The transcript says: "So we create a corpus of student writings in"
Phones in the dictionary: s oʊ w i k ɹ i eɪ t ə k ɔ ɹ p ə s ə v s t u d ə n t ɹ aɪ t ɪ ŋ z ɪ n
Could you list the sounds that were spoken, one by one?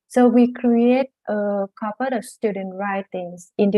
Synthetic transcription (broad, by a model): s oʊ w i k ɹ i eɪ t ə k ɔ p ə ə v s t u d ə n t ɹ aɪ t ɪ ŋ s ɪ n